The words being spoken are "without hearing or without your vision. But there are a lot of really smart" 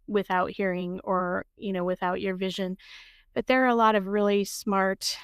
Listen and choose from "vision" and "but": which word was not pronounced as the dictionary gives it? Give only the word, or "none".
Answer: none